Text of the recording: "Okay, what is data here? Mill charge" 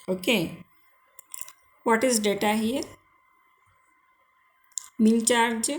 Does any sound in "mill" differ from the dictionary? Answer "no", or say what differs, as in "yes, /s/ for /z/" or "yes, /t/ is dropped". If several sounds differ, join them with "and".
yes, /n/ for /l/